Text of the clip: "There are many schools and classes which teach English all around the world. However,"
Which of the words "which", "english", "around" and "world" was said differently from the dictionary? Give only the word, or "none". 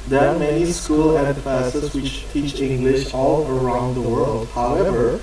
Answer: none